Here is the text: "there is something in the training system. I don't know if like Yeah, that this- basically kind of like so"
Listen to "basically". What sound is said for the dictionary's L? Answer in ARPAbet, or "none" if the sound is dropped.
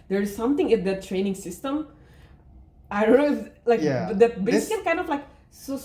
none